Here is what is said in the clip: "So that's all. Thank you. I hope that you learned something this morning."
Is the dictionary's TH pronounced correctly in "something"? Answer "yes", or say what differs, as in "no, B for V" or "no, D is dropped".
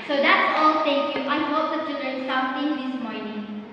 no, T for TH